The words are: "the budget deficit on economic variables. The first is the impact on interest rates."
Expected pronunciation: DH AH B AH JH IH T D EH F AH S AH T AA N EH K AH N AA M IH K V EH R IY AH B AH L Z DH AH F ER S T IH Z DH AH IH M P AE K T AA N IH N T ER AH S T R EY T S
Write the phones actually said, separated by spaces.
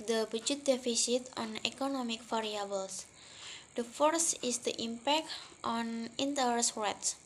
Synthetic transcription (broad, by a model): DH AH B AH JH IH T D EH F AH S AH T AA N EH K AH N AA M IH K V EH R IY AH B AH L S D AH F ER S IH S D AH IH M P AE K T AA N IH N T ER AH S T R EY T S